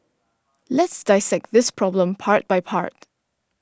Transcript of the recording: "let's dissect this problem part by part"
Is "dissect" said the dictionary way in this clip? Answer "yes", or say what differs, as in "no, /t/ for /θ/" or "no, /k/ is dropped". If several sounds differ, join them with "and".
yes